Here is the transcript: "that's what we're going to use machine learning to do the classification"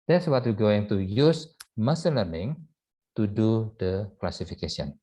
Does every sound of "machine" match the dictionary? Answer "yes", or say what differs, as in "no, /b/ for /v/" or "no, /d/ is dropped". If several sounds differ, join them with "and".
no, /s/ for /ʃ/